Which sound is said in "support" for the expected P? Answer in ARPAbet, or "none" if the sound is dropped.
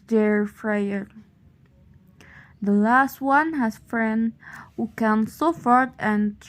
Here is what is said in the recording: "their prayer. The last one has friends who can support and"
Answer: F